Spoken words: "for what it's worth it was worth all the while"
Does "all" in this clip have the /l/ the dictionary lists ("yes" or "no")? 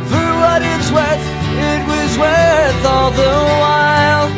yes